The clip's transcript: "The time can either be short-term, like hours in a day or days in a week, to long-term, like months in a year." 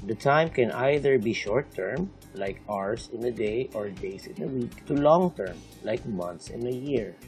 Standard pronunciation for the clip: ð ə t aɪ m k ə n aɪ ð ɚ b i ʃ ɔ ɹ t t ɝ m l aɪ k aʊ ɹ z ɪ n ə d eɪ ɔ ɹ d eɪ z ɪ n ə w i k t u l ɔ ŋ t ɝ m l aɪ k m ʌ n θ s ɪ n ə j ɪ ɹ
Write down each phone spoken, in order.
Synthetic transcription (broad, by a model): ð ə t aɪ m k ə n aɪ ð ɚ b i ʃ ɔ ɹ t t ɝ m l aɪ k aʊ ɹ s ɪ n ə d eɪ ɔ ɹ d eɪ s ɪ n ə w i k t u l ɔ ŋ t ɝ m l aɪ k m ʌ n t s ɪ n ə j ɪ ɹ